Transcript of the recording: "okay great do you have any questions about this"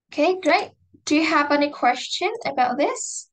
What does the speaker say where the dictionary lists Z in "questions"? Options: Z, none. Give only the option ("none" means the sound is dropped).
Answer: none